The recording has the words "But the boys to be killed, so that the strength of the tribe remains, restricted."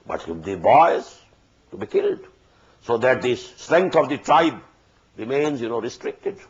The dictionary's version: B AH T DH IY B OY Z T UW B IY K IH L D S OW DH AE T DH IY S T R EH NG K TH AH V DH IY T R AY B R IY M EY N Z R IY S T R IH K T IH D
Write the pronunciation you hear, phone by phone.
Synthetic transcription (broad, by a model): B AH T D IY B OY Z T UW B IY K IH L D S OW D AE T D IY S T R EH NG K T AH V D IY T R AY B R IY M EY N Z R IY S T R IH K T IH D